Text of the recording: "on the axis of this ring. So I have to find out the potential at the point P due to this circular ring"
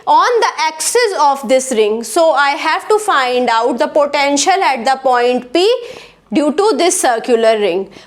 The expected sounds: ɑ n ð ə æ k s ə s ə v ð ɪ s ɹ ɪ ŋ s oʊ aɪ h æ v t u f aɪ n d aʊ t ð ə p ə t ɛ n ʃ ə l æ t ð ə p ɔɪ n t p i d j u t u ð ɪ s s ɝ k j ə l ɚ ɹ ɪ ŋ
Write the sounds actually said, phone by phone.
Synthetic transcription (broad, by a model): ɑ n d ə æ k s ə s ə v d ɪ s ɹ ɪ ŋ s oʊ aɪ h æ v t u f aɪ n d aʊ t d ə p ə t ɛ n ʃ ə l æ t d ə p ɔɪ n t p i d j u t u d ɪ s s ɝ k j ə l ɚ ɹ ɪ ŋ